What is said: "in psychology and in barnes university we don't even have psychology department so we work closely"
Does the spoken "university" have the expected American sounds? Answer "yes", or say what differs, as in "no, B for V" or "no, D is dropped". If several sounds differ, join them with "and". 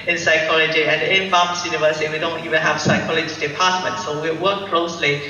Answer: no, S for T